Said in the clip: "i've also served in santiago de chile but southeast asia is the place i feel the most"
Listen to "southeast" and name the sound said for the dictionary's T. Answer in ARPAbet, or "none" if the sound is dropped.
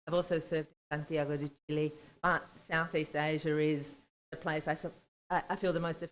T